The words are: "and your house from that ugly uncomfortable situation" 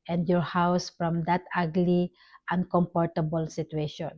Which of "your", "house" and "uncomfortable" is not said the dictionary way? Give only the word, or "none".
uncomfortable